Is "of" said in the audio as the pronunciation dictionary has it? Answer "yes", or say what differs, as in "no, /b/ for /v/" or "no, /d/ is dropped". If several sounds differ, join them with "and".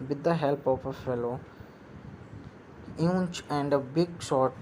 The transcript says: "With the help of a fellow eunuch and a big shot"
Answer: no, /p/ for /v/